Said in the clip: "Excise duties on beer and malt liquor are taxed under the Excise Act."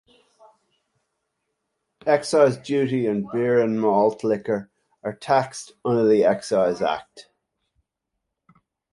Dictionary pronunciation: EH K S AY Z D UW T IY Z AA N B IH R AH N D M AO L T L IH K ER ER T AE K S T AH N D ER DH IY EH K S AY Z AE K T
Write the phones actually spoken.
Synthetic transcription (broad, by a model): EH K S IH Z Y UW T IY AH N B IH R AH N M AO L T L IH K ER ER T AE K S T AH N D ER DH IY EH K S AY Z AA K T